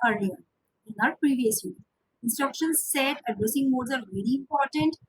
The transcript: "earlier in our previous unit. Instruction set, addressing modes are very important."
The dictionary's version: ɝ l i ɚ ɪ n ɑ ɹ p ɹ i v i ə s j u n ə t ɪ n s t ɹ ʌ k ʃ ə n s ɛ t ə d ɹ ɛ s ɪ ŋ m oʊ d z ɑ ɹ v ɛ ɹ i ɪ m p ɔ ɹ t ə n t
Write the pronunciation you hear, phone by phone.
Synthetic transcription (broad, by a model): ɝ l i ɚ ɪ n ɑ ɹ p ɹ i v i ə s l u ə ɪ n s t ɹ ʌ k ʃ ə n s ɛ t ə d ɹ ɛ s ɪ ŋ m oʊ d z ɑ ɹ v ɛ ɹ i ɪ m p ɔ ɹ t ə n t